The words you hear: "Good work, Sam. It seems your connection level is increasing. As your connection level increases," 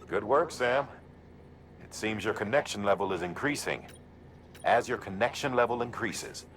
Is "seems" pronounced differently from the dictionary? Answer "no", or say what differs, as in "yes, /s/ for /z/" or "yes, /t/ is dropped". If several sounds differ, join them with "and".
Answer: no